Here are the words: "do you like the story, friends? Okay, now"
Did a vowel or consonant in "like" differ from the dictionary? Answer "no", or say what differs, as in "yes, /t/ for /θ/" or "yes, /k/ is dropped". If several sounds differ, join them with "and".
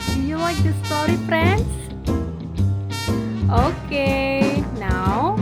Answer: yes, /w/ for /l/